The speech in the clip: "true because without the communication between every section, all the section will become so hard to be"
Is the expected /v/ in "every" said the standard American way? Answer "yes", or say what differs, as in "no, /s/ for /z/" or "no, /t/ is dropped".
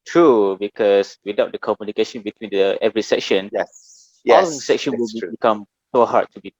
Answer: yes